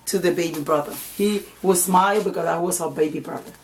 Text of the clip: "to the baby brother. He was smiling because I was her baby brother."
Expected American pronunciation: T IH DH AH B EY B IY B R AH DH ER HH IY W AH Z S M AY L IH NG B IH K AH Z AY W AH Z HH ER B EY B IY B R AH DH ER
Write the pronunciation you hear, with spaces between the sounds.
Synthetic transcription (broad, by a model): T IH DH AH B EY B IY B R AH DH ER HH IY W AH Z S M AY IH B IH K AH Z AY W AH Z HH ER B EY B IY B R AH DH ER